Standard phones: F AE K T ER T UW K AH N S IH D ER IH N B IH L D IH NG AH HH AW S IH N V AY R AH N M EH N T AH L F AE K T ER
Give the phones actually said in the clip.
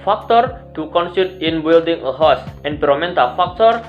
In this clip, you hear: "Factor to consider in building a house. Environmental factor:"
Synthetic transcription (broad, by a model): F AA K T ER T UW K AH N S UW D IH N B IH L D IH NG AH HH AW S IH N P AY R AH M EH N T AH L F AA K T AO